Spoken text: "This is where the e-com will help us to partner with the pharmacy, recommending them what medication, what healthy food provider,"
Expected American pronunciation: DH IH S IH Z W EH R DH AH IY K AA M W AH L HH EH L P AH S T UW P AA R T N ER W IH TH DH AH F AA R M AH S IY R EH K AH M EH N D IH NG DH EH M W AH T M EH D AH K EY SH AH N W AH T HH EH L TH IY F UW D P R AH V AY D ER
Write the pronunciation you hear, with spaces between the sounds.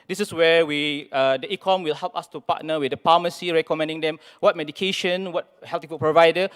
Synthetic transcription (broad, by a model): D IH S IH S W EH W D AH IY K AA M W AH L HH EH L P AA S T UW P AA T N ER W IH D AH P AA M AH S IY R EH K AH M EH N D IH NG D EH M W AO T M EH D AH K EY SH AH N W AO T HH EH L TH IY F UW P R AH V AY D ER